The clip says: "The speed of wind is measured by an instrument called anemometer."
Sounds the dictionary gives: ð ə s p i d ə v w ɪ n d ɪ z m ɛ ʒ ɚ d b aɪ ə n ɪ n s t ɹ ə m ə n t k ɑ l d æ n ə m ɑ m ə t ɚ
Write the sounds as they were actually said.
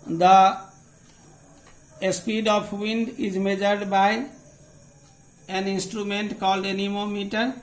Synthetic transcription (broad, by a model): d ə s p i d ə p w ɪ n d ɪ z m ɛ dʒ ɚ d b aɪ ə n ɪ n s t ɹ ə m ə n t k ɑ l d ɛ n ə m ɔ m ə t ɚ